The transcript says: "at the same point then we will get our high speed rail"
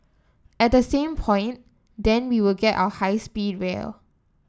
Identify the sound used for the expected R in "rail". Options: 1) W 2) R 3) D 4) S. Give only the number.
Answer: 1